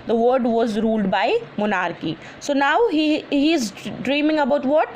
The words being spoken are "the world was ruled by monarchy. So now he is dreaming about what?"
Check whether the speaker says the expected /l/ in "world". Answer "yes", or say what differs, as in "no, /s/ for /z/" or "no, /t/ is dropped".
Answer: no, /l/ is dropped